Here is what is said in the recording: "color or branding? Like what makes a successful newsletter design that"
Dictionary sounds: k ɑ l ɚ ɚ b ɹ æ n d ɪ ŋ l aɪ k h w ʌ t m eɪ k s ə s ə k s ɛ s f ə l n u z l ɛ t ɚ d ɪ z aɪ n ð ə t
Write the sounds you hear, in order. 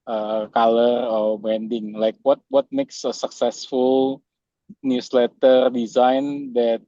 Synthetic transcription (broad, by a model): k ɑ l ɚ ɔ b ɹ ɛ n d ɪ ŋ l aɪ k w w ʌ t m eɪ k s ə s ə k s ɛ s f ə l n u s l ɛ t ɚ d ɪ z aɪ n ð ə t